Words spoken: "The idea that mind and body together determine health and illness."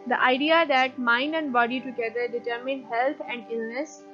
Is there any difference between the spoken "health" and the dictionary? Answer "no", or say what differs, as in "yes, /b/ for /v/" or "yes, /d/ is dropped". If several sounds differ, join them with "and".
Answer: yes, /t/ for /θ/